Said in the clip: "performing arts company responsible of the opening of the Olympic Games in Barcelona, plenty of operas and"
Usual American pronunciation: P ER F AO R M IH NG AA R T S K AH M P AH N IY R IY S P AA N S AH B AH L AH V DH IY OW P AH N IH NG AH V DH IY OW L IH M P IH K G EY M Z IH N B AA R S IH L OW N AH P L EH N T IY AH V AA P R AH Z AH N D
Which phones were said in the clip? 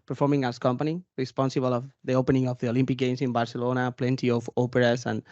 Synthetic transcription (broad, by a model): P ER F AO R M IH NG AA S K AH M P AH N IY R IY S P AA N S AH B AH L AH V DH IY OW P AH N IH NG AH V DH IY OW L IH M P IH K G EY M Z IH N B AA R S IH L OW N AH P L EH N T IY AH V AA P R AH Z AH N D